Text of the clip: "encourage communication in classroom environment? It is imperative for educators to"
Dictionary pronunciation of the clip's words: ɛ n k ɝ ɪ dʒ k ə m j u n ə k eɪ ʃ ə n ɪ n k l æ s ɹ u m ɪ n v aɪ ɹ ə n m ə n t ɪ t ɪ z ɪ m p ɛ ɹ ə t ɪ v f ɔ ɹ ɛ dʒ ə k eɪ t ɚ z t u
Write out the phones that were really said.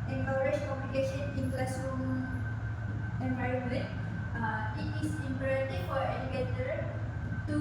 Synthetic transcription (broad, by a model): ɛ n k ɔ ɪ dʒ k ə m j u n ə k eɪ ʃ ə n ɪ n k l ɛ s u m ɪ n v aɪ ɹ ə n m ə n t ɪ t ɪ s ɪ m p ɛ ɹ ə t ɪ f ɔ ɹ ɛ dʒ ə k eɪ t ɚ t u